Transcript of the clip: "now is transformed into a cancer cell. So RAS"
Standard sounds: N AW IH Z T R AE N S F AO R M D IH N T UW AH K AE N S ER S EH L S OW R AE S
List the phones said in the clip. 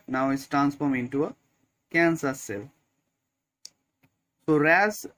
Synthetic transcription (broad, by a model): N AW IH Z T R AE N S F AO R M IH N T UW AH K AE N S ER S EH L S OW R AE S